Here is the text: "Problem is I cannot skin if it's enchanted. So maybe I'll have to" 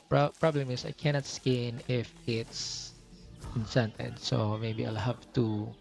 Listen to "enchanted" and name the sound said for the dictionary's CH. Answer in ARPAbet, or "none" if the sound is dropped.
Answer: S